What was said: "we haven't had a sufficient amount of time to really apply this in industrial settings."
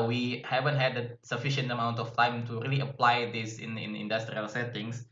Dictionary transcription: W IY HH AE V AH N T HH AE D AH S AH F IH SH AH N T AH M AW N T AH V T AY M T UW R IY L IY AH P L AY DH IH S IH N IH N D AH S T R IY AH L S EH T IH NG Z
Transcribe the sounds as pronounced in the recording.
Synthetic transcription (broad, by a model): W IY HH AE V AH N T HH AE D AH S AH F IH SH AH N T AH M AW N T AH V T AY M T UW R IY L IY AH P L AY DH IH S IH N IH N D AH S T R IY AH L S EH T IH NG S